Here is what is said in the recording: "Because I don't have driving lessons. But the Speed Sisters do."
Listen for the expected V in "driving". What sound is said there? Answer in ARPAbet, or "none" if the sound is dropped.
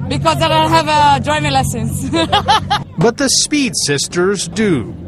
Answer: none